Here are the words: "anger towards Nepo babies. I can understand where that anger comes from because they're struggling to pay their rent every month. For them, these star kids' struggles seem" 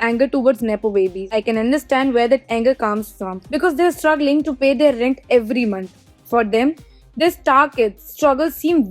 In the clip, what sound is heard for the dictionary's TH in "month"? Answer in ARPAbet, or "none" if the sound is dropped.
T